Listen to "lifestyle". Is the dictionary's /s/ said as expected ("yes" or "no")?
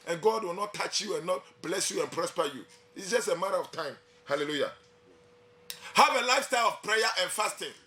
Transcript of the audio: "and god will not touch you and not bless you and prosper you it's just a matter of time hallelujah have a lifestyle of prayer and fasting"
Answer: yes